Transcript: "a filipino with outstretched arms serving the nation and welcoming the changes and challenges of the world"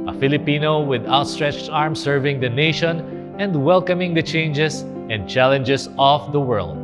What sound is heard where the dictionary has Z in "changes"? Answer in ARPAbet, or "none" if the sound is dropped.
S